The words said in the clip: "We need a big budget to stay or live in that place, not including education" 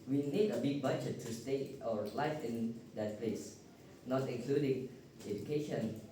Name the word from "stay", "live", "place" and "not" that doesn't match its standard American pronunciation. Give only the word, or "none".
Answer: live